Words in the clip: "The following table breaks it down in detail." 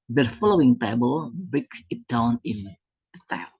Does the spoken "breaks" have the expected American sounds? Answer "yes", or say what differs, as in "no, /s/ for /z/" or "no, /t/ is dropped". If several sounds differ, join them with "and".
no, /ɹ/ is dropped and /s/ is dropped